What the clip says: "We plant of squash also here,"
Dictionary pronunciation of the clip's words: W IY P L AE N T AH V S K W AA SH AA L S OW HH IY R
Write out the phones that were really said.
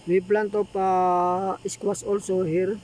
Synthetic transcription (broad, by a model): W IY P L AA N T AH P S K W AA S AA L S OW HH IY R